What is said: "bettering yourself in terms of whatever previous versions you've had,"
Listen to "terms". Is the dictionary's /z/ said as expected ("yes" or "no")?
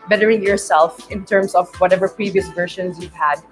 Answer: no